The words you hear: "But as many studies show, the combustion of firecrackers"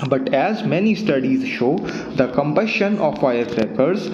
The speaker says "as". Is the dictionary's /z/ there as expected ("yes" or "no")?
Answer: yes